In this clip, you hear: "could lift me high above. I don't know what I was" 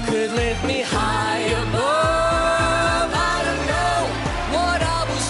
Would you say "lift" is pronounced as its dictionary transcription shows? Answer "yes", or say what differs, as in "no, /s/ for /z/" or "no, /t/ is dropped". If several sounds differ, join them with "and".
no, /f/ is dropped